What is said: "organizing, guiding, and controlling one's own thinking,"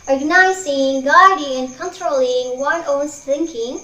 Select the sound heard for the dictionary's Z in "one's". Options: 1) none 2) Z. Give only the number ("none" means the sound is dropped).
1